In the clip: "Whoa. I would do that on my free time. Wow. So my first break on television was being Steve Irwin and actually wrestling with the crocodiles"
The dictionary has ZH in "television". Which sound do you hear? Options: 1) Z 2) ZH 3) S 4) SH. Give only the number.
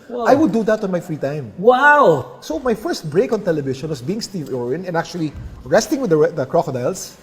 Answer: 4